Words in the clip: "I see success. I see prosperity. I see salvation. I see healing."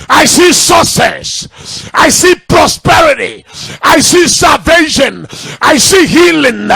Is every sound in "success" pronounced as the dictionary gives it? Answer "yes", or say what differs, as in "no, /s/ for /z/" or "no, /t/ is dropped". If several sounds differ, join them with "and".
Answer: no, /k/ is dropped